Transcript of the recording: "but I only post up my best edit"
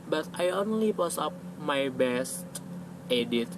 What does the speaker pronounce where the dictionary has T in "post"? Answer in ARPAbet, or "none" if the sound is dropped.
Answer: none